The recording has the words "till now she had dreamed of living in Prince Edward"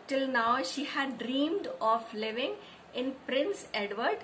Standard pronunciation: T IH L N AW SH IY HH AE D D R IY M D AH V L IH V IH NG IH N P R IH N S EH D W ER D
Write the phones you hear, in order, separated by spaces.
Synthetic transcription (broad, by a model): T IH L N AW SH IY HH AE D D R IY M D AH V L IH V IH NG IH N P R IH N S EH D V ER D